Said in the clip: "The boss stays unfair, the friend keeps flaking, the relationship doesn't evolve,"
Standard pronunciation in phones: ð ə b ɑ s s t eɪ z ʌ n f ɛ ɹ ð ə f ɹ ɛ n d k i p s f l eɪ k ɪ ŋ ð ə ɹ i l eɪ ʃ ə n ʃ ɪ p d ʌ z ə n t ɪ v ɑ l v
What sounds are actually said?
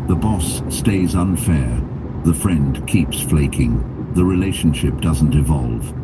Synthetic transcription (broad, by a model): ð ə b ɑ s s t eɪ z ʌ n f ɛ ɹ ð ə f ɹ ɛ n d k i p s f l eɪ k ɪ ŋ ð ə ɹ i l eɪ ʃ n ʃ ɪ p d ʌ z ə n t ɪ v ɑ l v